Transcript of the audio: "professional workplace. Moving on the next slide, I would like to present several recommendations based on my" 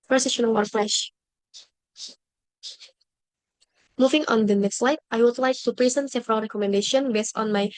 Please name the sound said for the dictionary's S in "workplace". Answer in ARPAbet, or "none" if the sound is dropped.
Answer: SH